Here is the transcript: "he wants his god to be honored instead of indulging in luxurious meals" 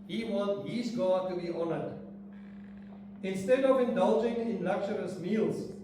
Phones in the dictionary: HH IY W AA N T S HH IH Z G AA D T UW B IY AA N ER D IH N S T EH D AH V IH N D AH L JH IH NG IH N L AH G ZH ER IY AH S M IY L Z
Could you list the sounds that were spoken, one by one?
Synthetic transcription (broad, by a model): HH IY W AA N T HH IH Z G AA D T UW B IY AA N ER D IH N S T EH D AH V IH N D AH L JH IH NG IH N L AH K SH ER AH S M IY L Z